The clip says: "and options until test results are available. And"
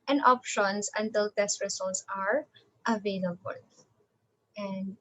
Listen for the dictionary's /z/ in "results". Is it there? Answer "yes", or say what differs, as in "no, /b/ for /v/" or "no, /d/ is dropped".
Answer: no, /s/ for /z/